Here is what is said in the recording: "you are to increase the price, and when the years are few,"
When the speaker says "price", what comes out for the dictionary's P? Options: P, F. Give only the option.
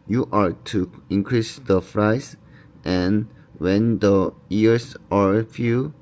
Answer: F